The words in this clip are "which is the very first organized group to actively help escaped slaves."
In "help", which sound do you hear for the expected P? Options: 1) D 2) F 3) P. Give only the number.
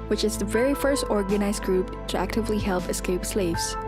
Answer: 3